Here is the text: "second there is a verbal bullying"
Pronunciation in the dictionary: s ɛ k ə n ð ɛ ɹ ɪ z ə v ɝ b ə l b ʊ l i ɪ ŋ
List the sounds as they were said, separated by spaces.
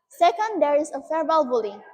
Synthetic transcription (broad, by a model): s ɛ k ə n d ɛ ɹ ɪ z ə f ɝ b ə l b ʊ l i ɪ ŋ